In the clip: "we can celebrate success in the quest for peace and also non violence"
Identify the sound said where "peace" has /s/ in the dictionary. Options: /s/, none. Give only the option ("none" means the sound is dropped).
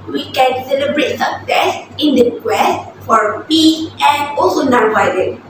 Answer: none